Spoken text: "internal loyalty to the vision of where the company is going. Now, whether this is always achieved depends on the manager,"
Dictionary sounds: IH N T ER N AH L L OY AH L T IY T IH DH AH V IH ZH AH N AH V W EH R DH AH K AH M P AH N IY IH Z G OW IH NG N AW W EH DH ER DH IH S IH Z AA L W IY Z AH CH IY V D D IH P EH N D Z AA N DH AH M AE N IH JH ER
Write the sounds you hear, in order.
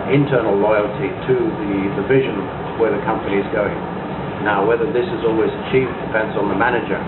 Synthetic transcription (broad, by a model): IH N T ER N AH L L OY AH L T IY T IH DH AH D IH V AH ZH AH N W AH R DH AH K AH M P AH N IY IH Z G OW IH NG N AW W EH DH ER DH IH S IH Z AA L W IY Z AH CH IY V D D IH F EH N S N DH AH M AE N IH JH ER